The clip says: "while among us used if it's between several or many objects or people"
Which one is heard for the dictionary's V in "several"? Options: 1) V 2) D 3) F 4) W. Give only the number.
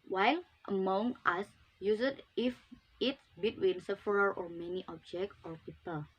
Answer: 3